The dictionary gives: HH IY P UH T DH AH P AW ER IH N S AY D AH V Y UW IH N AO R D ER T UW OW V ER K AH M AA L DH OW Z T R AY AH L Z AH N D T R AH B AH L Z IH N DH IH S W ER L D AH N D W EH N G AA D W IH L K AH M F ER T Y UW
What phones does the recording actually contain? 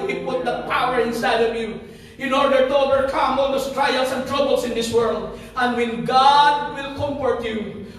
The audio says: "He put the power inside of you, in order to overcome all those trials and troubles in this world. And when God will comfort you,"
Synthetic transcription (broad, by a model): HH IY P UH T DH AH P AW ER IH N S AY D AH V Y UW IH N AO R D ER T UW OW V ER K AH M AA L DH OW S T R AY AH L S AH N T R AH B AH L S IH N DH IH S W ER L D AH N D W EH N G AA D W IH L K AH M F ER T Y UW